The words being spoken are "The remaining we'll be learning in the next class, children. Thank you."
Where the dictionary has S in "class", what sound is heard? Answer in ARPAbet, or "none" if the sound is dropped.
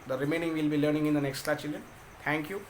none